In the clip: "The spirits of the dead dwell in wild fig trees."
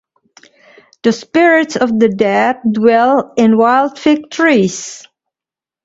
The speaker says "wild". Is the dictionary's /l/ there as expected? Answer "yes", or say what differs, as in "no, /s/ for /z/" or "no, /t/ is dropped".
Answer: yes